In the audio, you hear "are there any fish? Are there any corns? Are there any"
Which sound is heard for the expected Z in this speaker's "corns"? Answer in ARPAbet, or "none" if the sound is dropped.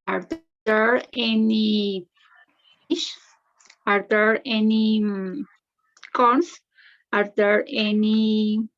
S